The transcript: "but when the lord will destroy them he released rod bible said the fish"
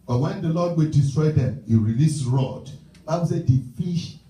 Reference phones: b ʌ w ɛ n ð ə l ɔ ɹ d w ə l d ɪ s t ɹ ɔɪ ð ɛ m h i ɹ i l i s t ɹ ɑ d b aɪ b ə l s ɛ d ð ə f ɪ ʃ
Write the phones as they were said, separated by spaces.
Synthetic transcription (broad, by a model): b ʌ w ɛ n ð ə l ɔ d w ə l d ɪ s t ɹ ɔɪ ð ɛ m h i ɹ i l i s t ɹ ɑ d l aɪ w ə s ɛ d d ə f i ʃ